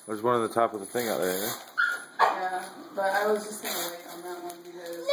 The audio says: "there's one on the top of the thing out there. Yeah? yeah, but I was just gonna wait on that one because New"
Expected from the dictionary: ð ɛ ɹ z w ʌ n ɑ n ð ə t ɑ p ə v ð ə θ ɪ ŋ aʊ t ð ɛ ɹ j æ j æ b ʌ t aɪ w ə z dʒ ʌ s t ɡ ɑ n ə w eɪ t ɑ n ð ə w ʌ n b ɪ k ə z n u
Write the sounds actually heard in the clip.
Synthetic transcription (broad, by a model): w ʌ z w ʌ n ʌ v ð ə t ɑ p ə v ð ə θ ɪ ŋ aʊ t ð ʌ ɹ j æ j æ b ʌ t aɪ w ə z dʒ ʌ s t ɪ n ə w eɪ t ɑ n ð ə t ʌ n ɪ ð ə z